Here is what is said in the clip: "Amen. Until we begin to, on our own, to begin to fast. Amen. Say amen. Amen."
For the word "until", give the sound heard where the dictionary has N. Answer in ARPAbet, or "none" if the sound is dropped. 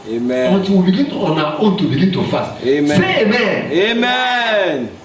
none